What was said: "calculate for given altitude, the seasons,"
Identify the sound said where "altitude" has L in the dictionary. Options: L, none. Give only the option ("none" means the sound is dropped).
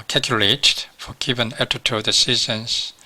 none